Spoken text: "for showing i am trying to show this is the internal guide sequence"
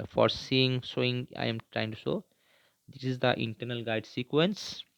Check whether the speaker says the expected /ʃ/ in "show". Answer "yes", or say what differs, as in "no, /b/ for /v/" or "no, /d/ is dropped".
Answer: no, /s/ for /ʃ/